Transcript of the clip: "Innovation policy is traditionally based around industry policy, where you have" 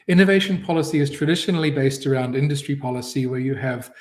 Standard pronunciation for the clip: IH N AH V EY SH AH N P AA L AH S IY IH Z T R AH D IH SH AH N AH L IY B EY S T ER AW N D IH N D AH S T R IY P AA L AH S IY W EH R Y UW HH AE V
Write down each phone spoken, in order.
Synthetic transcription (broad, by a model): IH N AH V EY SH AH N P AA L AH S IY IH Z T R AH D IH SH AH N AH L IY B EY S T ER AW N D IH N D AH S T R IY P AA L AH S IY W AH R Y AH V